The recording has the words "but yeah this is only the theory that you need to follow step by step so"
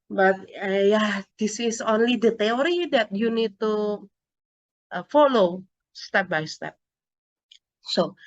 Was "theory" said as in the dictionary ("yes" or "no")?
no